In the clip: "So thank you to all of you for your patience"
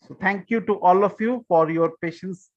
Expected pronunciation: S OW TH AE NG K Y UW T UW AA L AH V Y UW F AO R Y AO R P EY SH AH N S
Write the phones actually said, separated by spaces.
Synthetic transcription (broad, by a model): S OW T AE NG K Y UW T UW AA L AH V Y UW F AO R Y AO R P EY SH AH N S